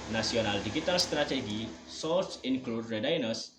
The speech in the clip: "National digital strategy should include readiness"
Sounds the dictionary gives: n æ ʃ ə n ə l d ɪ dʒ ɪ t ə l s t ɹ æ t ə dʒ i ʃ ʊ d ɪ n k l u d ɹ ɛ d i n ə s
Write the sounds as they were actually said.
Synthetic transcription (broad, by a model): n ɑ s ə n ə l d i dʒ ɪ t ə l s t ɹ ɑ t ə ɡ i s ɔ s ɪ n k l u d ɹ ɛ d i n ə s